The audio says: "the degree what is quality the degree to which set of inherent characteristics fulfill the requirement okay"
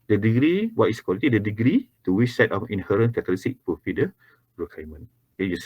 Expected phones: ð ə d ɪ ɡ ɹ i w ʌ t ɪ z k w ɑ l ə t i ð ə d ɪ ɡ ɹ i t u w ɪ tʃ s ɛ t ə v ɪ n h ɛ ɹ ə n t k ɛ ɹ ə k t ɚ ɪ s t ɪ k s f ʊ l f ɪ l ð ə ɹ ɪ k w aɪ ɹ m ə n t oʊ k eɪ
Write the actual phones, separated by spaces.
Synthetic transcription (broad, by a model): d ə d ɪ ɡ ɹ i w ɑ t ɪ s k w ɑ l ə t i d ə d ɪ ɡ ɹ i t u w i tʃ s ɛ t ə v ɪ n h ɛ ɹ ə n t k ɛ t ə t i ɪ s t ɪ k f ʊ f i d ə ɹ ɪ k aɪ m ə n oʊ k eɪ